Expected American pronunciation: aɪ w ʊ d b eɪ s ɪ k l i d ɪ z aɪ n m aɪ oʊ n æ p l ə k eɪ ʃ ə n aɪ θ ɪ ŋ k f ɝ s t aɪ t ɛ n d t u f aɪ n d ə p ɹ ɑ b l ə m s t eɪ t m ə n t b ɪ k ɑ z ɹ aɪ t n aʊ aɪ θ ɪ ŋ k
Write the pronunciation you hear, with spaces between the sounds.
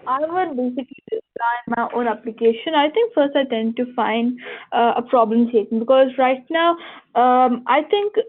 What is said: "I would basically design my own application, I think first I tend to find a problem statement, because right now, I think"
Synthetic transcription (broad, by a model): aɪ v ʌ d b eɪ s ɪ k l i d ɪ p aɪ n m aɪ oʊ n æ p l ə k eɪ ʃ ə n aɪ t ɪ ŋ k f ɝ s t aɪ t ɛ n d t u f aɪ n d ə p ɹ ɑ b l ə m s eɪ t ə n b ɪ k ɑ z ɹ aɪ t n aʊ aɪ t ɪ ŋ k